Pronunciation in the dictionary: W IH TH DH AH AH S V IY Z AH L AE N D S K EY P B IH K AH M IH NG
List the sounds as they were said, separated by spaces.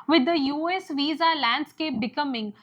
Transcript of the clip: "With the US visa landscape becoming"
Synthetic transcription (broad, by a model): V IH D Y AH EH S V IY Z AH L AE N D S K EY P B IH K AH M IH NG